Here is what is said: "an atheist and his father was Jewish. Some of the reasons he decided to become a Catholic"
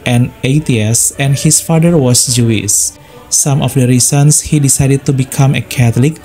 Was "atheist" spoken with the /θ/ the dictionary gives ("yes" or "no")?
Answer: no